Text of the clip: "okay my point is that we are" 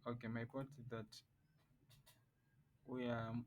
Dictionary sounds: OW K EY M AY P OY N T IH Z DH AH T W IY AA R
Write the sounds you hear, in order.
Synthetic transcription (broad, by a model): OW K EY M AY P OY T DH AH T W IY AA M